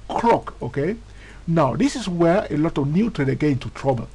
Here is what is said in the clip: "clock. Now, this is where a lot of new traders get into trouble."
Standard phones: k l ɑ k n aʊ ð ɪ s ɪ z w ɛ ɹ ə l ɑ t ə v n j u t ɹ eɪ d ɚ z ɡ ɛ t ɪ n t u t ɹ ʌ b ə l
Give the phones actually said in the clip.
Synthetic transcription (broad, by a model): k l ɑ k n aʊ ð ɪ s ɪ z w ɛ ɹ ə l ɑ t ə v n j u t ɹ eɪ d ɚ ɡ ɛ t ɪ n t u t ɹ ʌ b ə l